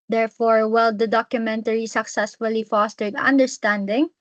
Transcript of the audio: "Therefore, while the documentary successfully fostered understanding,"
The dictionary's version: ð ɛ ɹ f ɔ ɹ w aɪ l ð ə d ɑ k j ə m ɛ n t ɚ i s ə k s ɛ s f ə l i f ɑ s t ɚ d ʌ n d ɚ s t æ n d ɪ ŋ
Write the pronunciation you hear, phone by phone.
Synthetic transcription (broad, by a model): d ɛ ɹ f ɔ ɹ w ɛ l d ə d ɑ k j ə m ɛ n t ɚ i s ə k s ɛ s f ə l i f ɑ s t ɚ d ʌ n d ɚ s t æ n d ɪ ŋ